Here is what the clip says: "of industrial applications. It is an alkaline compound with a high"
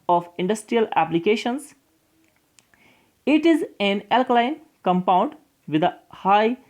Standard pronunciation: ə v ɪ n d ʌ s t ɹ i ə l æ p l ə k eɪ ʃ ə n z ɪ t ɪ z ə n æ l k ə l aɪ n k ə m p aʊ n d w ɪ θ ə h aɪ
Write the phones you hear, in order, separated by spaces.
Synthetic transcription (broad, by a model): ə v ɪ n d ʌ s t ɹ i ə l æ p l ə k eɪ ʃ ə n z ɪ t ɪ z ə n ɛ l k l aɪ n k ə m p aʊ n d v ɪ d ə h aɪ